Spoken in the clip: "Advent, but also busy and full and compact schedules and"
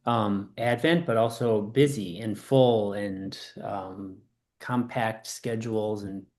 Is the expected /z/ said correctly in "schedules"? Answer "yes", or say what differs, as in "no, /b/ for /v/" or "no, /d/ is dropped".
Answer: yes